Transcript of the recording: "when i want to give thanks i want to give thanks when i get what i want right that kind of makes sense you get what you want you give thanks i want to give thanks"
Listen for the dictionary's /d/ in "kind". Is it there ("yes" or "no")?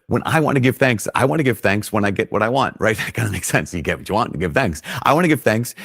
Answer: no